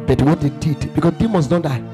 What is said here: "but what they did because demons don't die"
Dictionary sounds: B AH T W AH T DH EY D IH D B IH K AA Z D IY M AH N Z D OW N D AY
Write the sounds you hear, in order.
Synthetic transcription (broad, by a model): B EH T W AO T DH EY D IH D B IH K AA D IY M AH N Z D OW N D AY